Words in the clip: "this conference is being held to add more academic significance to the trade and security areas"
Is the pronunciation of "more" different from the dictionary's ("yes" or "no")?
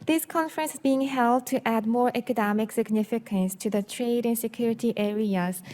no